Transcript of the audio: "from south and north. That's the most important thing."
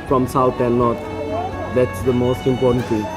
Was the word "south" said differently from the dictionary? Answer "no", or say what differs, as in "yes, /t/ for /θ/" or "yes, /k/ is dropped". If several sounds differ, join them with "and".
yes, /t/ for /θ/